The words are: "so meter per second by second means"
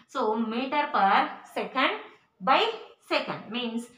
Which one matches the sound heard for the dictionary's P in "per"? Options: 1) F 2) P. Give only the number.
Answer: 2